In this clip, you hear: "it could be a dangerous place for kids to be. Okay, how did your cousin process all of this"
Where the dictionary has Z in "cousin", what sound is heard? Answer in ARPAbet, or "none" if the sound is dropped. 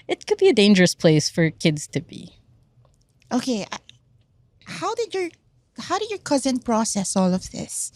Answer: Z